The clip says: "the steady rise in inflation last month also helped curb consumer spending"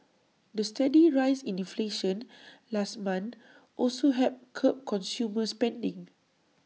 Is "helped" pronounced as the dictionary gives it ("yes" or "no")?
no